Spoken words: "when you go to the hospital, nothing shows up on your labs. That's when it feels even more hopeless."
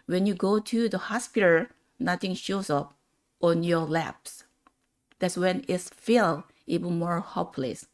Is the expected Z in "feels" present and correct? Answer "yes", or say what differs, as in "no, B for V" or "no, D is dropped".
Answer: no, Z is dropped